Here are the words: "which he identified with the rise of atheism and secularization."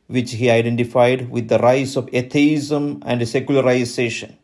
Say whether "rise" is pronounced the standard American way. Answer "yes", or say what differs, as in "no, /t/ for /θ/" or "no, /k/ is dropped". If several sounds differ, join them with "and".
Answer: no, /s/ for /z/